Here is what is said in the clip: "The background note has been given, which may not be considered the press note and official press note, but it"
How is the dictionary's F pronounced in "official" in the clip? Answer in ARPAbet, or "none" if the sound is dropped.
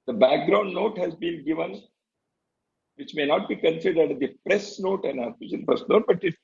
none